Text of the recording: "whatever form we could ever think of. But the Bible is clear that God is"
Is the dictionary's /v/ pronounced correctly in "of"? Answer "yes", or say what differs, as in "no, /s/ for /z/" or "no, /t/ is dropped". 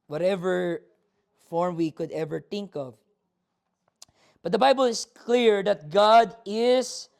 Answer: yes